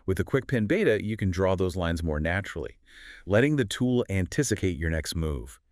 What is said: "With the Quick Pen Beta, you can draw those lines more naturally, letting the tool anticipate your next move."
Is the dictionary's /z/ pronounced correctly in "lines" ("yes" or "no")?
yes